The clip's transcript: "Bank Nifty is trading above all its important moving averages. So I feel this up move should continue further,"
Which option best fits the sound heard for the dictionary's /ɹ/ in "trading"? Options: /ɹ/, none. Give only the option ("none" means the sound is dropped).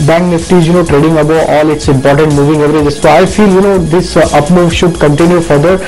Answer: /ɹ/